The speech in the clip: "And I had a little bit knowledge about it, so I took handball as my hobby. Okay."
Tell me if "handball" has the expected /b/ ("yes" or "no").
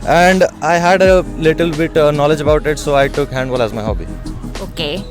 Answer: no